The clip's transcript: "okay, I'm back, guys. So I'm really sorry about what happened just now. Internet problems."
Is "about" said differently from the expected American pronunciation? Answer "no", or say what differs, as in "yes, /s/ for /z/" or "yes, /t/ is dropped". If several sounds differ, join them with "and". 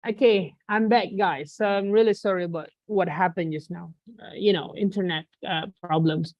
no